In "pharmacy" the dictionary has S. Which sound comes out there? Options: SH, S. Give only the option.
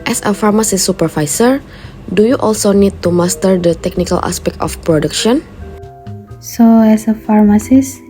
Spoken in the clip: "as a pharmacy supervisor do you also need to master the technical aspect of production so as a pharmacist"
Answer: S